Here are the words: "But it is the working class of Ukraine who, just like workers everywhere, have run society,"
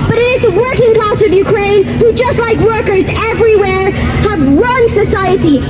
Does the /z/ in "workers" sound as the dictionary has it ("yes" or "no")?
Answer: yes